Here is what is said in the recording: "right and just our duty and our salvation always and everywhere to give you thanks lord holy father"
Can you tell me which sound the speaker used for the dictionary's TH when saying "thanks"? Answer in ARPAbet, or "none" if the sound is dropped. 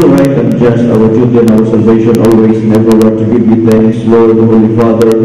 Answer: T